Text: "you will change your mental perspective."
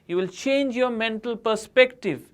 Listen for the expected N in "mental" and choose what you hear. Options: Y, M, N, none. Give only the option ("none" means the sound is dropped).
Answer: N